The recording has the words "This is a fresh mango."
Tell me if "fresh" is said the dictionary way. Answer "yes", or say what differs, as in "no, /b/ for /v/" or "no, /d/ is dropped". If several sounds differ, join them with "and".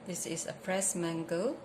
no, /s/ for /ʃ/